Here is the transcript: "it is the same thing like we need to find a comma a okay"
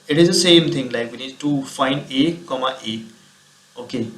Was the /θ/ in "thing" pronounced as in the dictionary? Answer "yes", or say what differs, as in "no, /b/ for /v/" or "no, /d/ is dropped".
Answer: no, /t/ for /θ/